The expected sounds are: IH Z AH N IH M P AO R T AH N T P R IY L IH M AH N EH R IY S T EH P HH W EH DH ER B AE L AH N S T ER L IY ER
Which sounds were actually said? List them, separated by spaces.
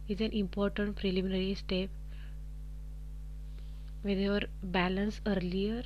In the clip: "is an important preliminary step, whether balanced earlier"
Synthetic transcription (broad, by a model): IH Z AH N IH M P AO R T AH N T P R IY L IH M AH N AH R IY S T EH P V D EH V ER B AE L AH N S ER L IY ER